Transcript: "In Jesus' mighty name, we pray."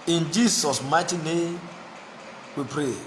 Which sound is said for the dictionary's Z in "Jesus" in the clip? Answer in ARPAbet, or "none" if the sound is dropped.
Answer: S